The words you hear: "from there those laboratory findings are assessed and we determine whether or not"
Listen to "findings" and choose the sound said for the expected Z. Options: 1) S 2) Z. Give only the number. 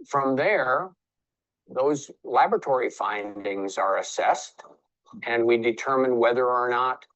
2